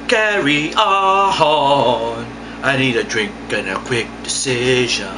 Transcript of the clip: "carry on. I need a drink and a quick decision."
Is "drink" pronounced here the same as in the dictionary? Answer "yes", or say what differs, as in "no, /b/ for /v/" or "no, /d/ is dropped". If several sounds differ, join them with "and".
yes